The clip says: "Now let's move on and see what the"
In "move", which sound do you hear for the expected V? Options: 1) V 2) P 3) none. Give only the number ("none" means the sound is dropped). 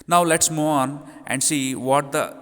3